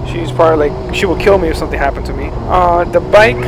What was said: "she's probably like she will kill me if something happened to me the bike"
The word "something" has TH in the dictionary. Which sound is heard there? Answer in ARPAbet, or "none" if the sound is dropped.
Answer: TH